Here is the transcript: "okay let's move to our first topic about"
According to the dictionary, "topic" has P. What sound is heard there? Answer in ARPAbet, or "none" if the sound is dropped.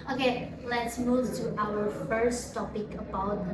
P